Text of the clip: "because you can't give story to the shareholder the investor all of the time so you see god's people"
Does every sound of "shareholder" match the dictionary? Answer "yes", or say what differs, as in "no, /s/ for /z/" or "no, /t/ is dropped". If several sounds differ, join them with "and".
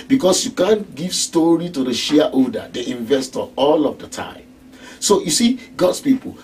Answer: no, /l/ is dropped